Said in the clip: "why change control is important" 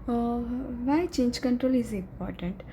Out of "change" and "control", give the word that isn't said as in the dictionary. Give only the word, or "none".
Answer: none